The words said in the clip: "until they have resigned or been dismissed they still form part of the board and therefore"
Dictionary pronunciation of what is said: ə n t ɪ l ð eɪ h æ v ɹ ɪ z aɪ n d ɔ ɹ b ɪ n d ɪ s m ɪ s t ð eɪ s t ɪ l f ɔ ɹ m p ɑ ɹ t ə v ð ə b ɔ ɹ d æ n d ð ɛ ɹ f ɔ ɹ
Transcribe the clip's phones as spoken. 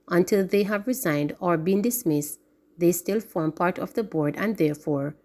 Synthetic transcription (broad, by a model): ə n t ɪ l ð eɪ h æ v ɹ ɪ z aɪ n d ɔ ɹ b ɪ n d ɪ s m ɪ s t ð eɪ s t ɪ l f ɔ ɹ m p ɑ ɹ t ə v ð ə b ɔ ɹ d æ n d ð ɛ ɹ f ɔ ɹ